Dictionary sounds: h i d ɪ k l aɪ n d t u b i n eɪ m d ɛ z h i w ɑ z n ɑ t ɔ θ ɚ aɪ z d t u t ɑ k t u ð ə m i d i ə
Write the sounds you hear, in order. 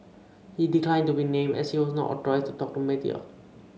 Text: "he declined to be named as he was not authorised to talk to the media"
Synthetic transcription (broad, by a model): h i d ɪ k l aɪ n t u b i n eɪ m ɛ s h i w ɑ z n ɑ t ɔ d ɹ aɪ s t u t ɑ k t u m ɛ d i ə